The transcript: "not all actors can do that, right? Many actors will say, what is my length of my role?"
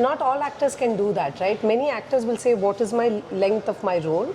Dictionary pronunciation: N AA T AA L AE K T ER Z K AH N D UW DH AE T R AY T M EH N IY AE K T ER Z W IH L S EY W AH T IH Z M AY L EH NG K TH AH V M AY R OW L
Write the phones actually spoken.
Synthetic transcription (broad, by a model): N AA T AA L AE K T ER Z K AH N D UW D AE T R AY T M EH N IY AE K T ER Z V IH L S EY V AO T IH Z M AY L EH NG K T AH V M AY R OW L